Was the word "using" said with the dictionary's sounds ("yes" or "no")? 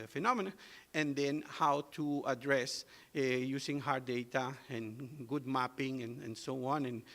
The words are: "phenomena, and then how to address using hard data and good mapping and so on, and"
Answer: no